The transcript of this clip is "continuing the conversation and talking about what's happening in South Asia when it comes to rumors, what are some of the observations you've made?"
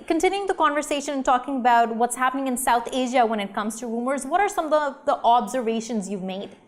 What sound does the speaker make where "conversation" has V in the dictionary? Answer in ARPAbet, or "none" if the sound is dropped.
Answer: V